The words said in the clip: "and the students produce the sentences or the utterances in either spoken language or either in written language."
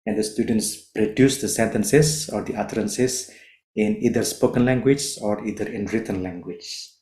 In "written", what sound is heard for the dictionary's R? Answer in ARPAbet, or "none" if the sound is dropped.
R